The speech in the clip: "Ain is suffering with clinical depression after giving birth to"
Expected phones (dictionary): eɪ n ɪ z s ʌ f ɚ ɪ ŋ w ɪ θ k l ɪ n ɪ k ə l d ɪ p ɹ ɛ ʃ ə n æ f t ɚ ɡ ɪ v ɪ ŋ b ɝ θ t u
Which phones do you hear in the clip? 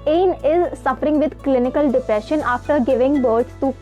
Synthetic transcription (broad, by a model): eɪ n ɪ z s ʌ f ɚ ɪ ŋ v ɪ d k l ɪ n ɪ k ə l d ɪ p ɹ ɛ ʃ ə n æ f t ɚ ɡ ɪ v ɪ ŋ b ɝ s t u